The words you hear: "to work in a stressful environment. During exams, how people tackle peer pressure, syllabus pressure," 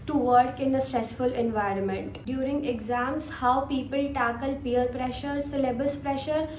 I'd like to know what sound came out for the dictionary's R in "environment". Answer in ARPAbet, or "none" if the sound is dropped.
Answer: R